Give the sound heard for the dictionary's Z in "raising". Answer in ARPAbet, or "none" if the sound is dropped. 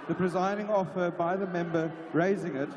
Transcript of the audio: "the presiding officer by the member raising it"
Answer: Z